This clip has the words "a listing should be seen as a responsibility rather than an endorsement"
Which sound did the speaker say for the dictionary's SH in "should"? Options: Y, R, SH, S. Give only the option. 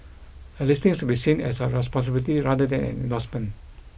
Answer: S